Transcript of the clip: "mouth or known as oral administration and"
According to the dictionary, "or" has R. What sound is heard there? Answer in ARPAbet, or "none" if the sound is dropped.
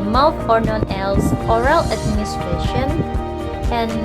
R